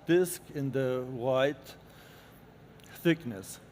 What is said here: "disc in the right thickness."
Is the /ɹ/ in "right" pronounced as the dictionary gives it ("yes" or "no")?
no